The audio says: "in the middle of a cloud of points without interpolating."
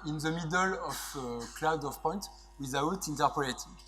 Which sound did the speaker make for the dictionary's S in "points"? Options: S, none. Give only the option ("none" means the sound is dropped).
none